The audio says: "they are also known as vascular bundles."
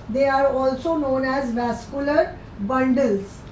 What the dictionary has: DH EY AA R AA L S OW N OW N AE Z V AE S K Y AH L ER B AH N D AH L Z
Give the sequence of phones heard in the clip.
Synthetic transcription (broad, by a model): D EY AA R AA L S OW N OW N AE Z V AE S K Y AH L ER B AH N D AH L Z